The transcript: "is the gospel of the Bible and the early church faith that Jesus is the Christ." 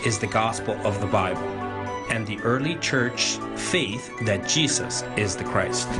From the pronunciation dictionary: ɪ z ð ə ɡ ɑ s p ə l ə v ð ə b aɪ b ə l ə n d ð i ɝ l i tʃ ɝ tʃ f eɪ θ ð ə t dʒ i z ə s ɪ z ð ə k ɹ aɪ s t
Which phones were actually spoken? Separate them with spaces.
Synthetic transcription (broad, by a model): ɪ z ð ə ɡ ɑ s p l ə v ð ə b aɪ b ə l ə n ð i ɝ l i tʃ ɝ tʃ f eɪ θ ð ə t dʒ i z ə s ɪ z ð ə k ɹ aɪ s t